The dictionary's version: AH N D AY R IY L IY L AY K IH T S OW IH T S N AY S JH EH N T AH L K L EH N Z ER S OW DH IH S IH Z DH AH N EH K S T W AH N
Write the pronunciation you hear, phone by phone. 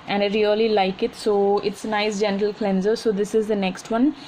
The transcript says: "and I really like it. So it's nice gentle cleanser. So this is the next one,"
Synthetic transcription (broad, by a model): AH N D AY R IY L IY L AY K IH T S OW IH T S N AY S JH EH N T AH L K L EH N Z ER S OW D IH S IH Z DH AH N EH K S T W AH N